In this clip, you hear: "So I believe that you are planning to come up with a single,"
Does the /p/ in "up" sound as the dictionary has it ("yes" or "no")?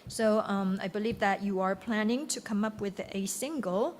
yes